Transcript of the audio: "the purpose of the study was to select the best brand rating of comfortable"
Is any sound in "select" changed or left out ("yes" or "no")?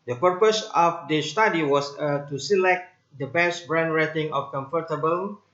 no